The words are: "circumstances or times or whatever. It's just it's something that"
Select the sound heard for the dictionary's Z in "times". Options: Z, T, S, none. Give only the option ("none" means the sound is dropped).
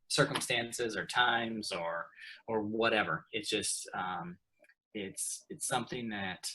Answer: Z